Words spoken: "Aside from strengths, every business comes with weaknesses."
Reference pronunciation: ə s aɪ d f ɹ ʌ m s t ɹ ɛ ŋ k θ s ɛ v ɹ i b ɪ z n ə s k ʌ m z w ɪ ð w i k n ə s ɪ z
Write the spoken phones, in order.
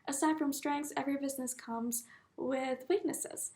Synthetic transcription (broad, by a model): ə s aɪ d f ɹ ʌ m s t ɹ ɛ ŋ k θ s ɛ v ɹ i b ɪ z n ə s k ʌ m z w ɪ ð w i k n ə s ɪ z